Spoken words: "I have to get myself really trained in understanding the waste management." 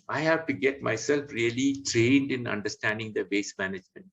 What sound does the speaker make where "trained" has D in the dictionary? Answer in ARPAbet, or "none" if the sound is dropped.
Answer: D